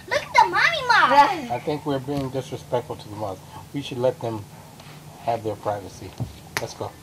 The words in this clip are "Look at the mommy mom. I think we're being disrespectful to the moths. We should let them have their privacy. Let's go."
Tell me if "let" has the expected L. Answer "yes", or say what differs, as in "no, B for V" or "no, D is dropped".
yes